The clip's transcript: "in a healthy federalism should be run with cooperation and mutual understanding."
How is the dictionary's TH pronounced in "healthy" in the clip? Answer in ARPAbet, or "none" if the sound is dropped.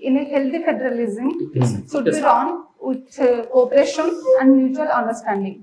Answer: T